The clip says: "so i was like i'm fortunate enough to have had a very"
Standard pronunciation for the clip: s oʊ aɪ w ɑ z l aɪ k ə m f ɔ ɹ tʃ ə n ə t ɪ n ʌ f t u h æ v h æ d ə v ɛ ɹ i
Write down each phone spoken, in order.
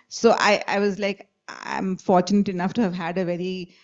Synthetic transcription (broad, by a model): s oʊ aɪ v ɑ z l aɪ k ə m f ɔ ɹ tʃ ə n ə t ɪ n ʌ f t u h æ v h æ d ə v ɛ ɹ i